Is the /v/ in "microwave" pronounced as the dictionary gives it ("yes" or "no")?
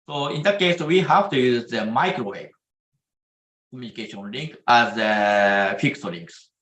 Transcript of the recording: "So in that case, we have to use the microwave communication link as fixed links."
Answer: no